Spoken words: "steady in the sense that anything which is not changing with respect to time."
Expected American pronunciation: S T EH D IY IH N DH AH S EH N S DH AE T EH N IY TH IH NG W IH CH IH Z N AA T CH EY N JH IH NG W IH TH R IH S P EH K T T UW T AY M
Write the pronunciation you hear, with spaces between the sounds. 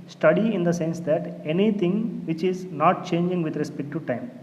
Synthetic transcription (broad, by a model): S T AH D IY IH N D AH S EH N S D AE T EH N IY T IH NG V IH CH IH Z N AA T CH EY N JH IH NG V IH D R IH S P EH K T T UW T AY M